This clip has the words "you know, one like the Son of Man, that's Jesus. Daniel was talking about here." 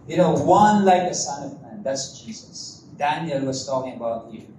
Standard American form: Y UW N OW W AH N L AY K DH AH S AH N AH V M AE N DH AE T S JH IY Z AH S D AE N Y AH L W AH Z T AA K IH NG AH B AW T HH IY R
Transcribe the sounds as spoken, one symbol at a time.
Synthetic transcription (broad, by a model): Y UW N OW W AH N L AY K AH S AH N AH V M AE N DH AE T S JH IY Z AH S D AE N Y AH L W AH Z T AA K IH NG AH B AW T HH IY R